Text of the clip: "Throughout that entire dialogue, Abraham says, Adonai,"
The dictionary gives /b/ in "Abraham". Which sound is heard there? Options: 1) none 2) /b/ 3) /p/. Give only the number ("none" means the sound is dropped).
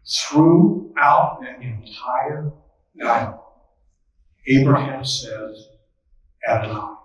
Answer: 2